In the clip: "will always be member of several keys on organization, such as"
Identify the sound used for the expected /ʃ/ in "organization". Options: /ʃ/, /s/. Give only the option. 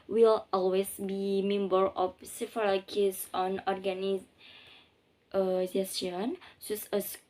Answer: /s/